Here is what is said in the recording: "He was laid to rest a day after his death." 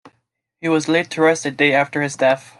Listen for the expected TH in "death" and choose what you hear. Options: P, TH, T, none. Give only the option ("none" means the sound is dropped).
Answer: TH